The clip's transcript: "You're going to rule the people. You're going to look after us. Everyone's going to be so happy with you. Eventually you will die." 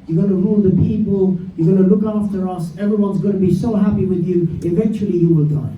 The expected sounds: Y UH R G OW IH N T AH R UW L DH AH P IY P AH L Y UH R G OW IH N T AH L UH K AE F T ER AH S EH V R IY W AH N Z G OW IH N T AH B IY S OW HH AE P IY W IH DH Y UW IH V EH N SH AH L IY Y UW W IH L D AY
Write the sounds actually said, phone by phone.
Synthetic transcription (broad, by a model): Y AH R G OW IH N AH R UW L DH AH P IY P AH L Y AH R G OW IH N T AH L UH K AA F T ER AH S EH V R IY W AH N Z G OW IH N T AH B IY S OW HH AE P IY W IH DH Y UW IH V EH N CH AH L IY Y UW W IH L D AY